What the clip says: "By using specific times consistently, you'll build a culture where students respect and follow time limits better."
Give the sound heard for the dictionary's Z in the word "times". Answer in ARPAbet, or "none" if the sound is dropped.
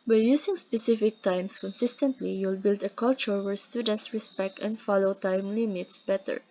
S